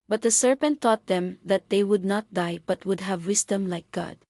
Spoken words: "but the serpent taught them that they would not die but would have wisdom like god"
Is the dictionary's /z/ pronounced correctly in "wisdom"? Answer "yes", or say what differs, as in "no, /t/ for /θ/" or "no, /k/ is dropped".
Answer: no, /s/ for /z/